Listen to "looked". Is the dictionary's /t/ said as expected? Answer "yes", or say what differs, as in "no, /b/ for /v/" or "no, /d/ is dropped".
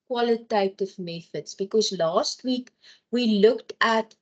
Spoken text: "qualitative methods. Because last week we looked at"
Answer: yes